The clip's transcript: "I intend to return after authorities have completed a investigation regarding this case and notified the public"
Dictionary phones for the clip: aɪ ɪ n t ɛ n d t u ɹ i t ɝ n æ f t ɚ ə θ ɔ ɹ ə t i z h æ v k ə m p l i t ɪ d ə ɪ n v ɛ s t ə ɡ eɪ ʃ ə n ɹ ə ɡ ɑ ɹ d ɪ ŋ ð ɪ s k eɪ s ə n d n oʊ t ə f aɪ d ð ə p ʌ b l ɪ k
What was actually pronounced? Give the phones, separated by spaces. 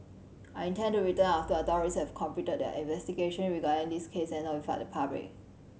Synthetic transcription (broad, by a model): aɪ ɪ n t ɛ n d t u ɹ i t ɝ n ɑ f t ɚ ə t ɔ ɹ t i s h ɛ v k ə m p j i t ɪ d ə ɪ n v ɛ s t ə ɡ eɪ ʃ ə n ɹ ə ɡ ɑ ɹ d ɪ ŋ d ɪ s k eɪ s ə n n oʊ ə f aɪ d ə p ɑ b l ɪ k